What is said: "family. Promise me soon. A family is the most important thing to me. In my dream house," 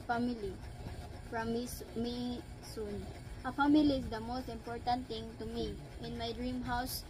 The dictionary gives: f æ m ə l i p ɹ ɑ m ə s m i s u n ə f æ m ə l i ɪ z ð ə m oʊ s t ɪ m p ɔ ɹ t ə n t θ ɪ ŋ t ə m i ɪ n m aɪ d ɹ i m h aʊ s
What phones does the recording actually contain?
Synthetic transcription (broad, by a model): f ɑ m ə l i f ɹ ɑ m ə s m i s u n ə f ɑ m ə l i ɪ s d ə m oʊ s t ɪ m p ɔ ɹ t ə n t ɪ ŋ t ə m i ɪ n m aɪ d ɹ i m h aʊ s